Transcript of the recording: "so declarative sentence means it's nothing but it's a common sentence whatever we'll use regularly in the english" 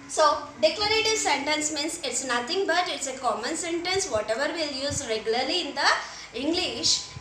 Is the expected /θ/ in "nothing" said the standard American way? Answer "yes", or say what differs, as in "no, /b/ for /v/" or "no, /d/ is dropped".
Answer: no, /t/ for /θ/